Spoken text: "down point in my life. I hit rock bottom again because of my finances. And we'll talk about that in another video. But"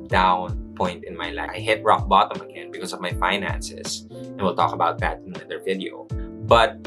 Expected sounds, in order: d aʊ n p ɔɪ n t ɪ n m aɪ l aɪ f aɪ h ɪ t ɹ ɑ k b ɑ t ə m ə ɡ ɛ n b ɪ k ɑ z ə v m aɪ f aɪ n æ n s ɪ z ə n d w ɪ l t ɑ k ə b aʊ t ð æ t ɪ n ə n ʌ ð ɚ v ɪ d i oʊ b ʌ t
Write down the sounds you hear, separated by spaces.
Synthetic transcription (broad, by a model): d aʊ n p ɔɪ n t ɪ n m aɪ l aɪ aɪ h ɪ t ɹ ɑ k b ɑ t ə m ə ɡ ɛ n b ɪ k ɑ s ə v m aɪ f aɪ n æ n s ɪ s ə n w ɪ l t ɑ k ə b aʊ t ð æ t ɪ n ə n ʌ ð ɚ v ɪ d i oʊ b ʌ t